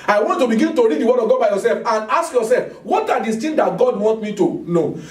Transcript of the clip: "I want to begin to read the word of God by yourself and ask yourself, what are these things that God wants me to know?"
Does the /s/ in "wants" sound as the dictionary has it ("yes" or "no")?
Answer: no